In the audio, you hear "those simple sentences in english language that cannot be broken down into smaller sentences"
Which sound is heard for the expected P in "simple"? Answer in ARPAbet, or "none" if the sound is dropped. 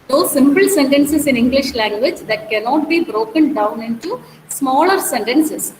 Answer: P